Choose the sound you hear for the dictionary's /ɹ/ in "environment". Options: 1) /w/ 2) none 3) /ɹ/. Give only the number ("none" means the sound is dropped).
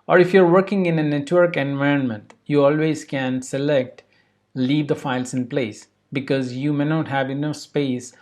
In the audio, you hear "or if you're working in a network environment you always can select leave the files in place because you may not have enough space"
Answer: 3